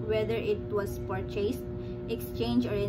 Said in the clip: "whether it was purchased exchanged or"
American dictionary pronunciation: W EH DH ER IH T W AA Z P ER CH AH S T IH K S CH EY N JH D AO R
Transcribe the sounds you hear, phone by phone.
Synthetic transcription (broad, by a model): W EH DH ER IH T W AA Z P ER CH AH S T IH K S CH EY N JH AO R